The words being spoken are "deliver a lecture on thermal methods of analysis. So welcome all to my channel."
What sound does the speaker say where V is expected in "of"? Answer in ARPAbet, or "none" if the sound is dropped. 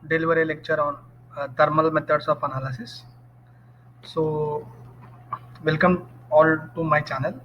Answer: P